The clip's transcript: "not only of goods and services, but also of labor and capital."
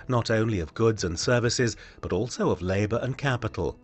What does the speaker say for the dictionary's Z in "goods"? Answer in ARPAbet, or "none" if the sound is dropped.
Z